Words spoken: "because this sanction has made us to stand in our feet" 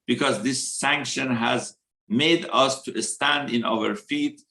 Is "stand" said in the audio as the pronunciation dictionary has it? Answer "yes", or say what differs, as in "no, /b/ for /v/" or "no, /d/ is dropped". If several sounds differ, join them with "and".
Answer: yes